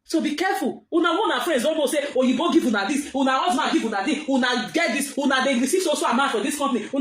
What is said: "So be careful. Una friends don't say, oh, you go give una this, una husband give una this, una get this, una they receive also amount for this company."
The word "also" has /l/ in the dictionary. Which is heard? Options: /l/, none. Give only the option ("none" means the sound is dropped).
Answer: none